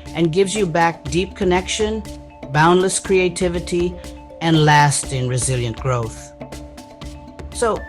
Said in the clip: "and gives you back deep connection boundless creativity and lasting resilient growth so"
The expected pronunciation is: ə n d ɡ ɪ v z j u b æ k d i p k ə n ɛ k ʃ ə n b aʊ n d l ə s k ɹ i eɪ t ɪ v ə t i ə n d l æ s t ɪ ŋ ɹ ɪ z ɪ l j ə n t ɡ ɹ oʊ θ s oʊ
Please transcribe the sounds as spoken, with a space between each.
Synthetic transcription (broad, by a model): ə n ɡ ɪ v z j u b æ k d i p k ə n ɛ k ʃ ə n b aʊ n d l ə s k ɹ i eɪ t ɪ v ə t i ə n l æ s t ɪ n ɹ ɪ z ɪ l j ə n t ɡ ɹ oʊ θ s oʊ